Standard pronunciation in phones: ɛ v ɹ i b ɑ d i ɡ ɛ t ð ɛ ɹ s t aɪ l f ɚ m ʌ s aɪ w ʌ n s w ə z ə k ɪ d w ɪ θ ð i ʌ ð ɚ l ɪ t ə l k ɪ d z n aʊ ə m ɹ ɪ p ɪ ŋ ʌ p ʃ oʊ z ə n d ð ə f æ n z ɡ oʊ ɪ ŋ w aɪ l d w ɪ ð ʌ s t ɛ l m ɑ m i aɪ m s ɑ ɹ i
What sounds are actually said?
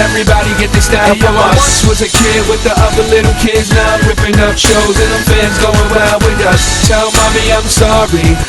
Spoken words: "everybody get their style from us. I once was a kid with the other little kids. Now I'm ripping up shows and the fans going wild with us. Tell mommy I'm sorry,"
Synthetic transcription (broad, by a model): ɛ v ɹ i b ɑ d i ɡ ɛ t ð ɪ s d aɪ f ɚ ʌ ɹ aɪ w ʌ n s w ə z ə k ɪ d w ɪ ð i ʌ ð ɚ l ɪ t l k ɪ d z n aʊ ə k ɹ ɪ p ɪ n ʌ f ʃ oʊ z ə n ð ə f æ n z ɡ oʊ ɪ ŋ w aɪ d w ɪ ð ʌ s t ɛ l m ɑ m i aɪ m s ɑ ɹ i